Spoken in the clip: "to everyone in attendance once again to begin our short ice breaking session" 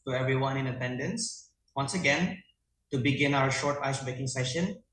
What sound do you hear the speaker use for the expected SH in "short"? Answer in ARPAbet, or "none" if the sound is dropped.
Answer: SH